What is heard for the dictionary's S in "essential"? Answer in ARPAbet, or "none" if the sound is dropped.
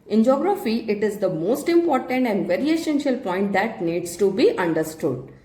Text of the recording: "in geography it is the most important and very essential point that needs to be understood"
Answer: SH